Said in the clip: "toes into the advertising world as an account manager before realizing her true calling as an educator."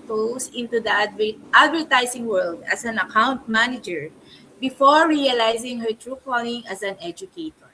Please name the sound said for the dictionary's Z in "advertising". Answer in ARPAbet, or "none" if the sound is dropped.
S